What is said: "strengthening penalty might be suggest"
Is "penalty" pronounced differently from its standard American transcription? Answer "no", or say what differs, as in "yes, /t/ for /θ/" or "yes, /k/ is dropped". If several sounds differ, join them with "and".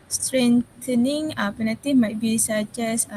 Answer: yes, /l/ is dropped